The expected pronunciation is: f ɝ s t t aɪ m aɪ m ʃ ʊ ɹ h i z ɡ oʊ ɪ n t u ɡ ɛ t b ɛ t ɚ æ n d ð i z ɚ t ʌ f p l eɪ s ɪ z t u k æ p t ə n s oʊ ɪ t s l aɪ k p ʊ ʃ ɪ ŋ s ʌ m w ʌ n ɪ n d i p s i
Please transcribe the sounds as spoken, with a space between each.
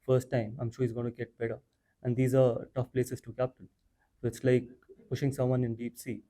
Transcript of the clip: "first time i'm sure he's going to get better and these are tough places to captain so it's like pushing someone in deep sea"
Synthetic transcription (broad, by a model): f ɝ s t t aɪ m aɪ m ʃ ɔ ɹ h i z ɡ oʊ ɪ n t u ɡ ɛ t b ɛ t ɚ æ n d i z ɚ t ʌ f p l eɪ s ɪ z t u k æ p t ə l s oʊ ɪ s l aɪ k p ʊ ʃ ɪ ŋ s ʌ m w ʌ n ɪ n d i p s i